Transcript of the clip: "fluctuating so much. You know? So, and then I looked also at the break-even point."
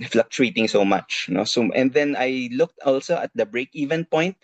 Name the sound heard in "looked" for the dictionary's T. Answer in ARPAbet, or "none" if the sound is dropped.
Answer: T